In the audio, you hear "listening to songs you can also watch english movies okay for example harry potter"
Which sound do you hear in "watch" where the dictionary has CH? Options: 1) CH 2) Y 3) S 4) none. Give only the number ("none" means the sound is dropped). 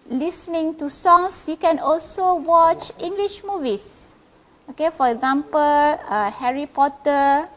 1